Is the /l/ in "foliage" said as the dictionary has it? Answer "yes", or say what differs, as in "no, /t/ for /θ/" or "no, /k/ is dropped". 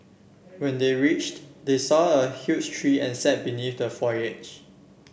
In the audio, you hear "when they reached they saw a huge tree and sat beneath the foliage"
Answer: no, /l/ is dropped